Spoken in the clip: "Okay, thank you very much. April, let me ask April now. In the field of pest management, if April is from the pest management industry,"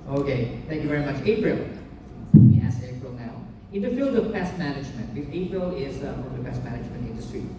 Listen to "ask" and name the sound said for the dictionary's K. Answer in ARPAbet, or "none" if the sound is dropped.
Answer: none